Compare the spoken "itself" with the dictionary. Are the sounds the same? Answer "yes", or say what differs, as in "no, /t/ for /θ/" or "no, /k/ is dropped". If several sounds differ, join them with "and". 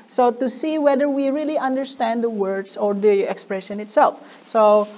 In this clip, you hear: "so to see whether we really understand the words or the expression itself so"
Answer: yes